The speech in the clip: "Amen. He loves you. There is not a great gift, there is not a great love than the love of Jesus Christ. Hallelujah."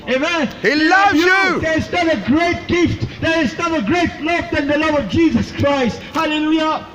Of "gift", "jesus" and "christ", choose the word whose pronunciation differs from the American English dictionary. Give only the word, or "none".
none